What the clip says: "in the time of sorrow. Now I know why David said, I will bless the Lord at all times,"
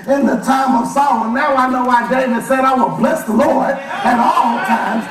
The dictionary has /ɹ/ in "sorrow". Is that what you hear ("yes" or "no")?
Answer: no